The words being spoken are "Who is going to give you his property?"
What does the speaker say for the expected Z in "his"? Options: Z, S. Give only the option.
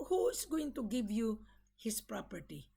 S